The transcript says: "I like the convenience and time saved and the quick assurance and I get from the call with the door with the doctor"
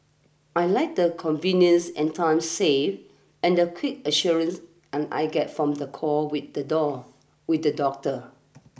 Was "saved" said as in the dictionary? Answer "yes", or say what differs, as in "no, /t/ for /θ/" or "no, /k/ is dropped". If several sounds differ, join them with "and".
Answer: no, /d/ is dropped